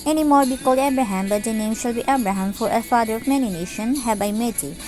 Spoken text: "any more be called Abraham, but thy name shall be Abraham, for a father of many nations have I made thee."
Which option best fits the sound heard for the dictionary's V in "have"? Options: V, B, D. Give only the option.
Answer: B